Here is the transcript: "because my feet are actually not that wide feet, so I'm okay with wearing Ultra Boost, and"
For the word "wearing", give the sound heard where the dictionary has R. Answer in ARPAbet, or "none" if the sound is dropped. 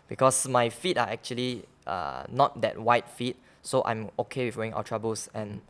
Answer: none